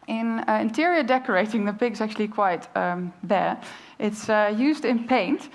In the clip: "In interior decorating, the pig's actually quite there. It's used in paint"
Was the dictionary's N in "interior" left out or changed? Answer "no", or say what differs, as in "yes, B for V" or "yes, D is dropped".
no